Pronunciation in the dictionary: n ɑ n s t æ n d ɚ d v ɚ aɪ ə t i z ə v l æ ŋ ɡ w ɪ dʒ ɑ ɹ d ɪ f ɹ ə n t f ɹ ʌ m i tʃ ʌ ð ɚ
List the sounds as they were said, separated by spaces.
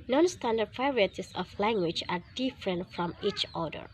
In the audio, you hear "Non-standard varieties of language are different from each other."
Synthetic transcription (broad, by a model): n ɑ n s t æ n d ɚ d p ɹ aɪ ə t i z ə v l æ ŋ ɡ w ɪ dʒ ɑ ɹ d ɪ f ɹ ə n t f ɹ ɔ m i tʃ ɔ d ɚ